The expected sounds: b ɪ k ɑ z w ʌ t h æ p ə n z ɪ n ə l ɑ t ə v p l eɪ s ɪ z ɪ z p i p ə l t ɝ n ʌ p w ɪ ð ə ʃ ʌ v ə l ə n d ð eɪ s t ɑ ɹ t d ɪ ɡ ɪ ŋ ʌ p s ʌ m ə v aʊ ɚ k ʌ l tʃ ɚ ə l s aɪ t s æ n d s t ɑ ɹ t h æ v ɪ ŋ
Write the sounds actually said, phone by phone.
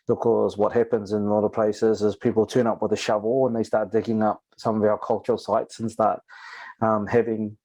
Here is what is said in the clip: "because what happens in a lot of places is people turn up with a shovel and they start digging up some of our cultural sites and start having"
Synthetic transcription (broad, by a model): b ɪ k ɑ z w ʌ t h æ p ə n z ɪ n ə l ɑ t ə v p l eɪ s ɪ z ɪ z p i p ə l t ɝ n ʌ p w ɪ ð ə ʃ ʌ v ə l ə n ð eɪ s t ɑ ɹ t d ɪ ɡ ɪ ŋ ʌ p s ʌ m ə v aʊ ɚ k ʌ l tʃ ɚ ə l s aɪ t s n s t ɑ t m h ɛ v ɪ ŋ